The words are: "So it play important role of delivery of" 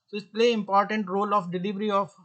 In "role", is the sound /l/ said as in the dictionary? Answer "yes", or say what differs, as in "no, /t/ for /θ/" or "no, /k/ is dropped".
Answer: yes